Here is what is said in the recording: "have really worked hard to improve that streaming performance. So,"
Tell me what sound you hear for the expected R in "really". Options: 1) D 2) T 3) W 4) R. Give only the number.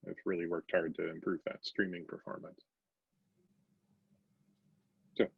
4